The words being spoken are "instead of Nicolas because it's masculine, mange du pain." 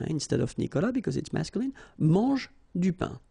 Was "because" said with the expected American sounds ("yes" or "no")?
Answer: yes